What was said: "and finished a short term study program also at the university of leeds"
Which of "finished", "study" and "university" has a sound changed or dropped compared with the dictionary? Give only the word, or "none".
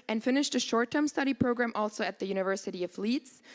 none